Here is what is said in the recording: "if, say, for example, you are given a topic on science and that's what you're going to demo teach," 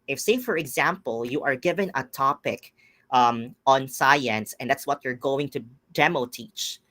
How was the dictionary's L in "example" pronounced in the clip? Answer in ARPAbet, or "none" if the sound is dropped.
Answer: L